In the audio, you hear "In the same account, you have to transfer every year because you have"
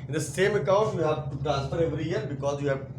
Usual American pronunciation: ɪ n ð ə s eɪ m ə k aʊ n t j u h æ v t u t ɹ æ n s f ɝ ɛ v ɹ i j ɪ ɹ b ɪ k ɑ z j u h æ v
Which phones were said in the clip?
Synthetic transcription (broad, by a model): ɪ n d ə s eɪ m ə k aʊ n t j u h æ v t u t ɹ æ n s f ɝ ɛ v ɹ i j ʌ ɹ b ɪ k ɑ z j u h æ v